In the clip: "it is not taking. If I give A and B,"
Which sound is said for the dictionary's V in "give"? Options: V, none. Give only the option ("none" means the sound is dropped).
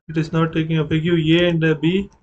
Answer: none